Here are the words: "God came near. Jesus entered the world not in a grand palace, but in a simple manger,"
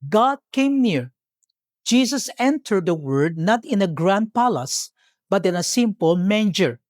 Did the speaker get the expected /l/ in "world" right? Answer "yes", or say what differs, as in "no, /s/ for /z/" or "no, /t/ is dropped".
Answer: no, /l/ is dropped